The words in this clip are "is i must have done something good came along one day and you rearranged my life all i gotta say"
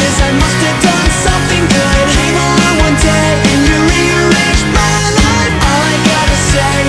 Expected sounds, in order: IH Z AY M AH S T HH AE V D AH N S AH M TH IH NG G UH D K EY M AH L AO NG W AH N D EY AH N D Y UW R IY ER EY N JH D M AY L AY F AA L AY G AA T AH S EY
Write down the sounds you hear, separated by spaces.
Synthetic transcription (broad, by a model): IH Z AY M AH S T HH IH V D AH N S AH M TH IH NG G UH D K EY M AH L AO W AH N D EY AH N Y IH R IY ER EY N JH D M AY N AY AA L AY G AA T AH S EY